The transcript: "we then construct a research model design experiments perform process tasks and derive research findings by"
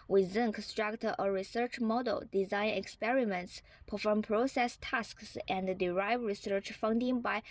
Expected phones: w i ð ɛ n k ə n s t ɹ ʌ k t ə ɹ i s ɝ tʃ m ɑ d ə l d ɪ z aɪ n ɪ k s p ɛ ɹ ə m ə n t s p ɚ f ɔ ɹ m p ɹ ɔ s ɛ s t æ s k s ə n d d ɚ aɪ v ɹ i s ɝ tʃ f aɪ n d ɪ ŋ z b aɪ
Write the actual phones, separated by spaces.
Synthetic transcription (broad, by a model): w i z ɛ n k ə n s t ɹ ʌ k t ə ɹ i s ɝ tʃ m ɑ d ə l d ɪ z aɪ n ɪ k s p ɛ ɹ ə m ə n t s p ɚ f ɔ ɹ m p ɹ ɔ s ɛ s t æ s k s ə n d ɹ aɪ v ɹ i s ɝ tʃ f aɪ n d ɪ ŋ b aɪ